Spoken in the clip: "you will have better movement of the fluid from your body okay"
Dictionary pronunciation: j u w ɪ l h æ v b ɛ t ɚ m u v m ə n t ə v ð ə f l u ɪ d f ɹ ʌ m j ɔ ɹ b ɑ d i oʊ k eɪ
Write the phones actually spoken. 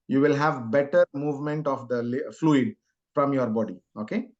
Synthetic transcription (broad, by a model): j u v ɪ l h æ v b ɛ t ɚ m u v m ə n t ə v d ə f l u ɪ d f ɹ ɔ m j ɔ ɹ b ɑ d i oʊ k eɪ